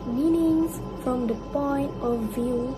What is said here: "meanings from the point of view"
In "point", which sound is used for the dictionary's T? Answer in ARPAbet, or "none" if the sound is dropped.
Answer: T